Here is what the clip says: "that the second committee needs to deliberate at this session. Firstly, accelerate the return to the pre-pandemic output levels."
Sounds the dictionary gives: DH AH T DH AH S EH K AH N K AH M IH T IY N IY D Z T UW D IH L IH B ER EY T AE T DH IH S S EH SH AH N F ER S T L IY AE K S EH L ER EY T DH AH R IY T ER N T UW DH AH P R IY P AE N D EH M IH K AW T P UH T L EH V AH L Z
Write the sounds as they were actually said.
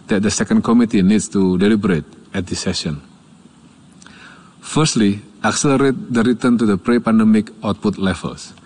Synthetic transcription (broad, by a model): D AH T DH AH S EH K AH N K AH M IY T IY N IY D S T UW D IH L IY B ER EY T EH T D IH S S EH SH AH N F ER S T L IY AE K S EH L ER EY T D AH R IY T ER N T UW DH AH P R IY P AE N D EH M IH K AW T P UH T L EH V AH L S